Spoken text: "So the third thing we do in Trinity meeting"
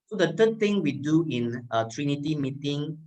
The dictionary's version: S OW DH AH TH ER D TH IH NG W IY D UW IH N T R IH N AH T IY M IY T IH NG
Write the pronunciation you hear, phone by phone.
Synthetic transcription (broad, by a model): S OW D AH T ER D T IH NG W IY D UW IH N T R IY N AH T IY M IY T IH NG